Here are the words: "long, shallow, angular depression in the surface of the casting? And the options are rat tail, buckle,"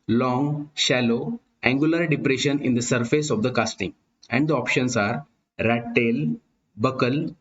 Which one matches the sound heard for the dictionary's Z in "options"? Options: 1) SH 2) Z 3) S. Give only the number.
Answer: 3